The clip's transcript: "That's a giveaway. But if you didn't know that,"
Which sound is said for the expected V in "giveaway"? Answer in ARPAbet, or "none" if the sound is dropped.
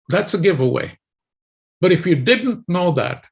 V